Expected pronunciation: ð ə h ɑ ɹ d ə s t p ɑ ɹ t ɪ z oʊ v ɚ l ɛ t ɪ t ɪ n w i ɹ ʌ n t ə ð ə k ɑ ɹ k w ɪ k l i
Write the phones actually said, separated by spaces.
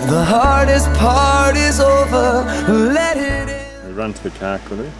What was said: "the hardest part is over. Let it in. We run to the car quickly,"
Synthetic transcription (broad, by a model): ð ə h ɑ ɹ d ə s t p ɑ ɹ t ɪ z oʊ v ɚ l ɛ t ɪ t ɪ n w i ɹ ʌ n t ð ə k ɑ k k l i